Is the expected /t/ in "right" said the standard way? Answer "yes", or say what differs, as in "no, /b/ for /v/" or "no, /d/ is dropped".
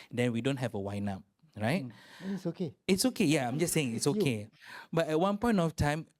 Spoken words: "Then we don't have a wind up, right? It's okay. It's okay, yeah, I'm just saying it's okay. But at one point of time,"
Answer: no, /t/ is dropped